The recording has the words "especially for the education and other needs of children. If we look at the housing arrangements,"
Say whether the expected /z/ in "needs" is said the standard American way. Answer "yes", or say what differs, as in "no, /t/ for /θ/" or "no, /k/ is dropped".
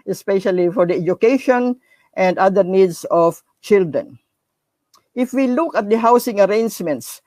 no, /s/ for /z/